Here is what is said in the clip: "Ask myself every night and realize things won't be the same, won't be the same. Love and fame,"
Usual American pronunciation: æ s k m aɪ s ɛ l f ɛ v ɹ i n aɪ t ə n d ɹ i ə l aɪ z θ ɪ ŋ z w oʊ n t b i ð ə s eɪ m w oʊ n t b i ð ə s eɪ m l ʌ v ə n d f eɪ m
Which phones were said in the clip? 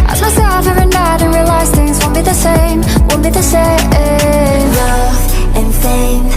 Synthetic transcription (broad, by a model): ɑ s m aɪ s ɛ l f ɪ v i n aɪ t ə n ɹ i ə l aɪ z θ ɪ ŋ z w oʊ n b i ð ə s eɪ m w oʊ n b i ð ə s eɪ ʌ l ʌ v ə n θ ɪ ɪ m